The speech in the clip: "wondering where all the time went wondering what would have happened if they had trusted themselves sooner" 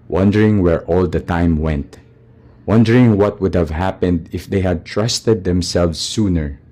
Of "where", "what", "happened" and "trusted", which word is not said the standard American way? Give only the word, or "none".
none